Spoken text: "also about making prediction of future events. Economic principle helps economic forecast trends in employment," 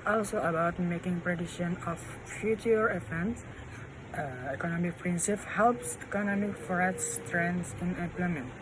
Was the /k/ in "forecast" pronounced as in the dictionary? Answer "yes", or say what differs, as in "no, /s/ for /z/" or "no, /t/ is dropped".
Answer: no, /k/ is dropped